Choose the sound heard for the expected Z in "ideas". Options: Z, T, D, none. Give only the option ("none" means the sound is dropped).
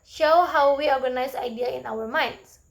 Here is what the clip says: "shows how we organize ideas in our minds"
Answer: none